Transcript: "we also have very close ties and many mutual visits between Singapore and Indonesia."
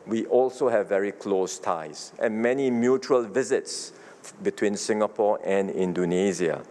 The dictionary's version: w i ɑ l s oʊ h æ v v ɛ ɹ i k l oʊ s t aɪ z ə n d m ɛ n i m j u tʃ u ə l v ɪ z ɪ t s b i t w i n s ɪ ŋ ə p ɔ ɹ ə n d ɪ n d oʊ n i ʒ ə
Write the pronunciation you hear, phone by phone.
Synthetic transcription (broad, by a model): w i ɑ l s oʊ h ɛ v v ɛ ɹ i k l oʊ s t aɪ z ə n m ɛ n i m j u tʃ u ə l v ɪ z ɪ t s b i t w i n s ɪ ŋ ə p ɔ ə n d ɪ n d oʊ n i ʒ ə